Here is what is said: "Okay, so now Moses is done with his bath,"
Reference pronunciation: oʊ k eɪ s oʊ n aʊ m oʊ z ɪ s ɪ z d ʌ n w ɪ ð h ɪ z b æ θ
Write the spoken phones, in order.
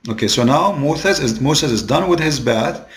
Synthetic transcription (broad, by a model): oʊ k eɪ s oʊ n aʊ m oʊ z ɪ s ɪ z d ʌ n w ɪ ð h ɪ z b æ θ